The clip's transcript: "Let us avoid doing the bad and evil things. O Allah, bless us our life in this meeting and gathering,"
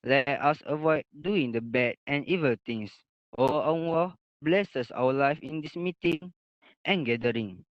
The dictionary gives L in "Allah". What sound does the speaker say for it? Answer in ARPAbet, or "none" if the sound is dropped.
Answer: W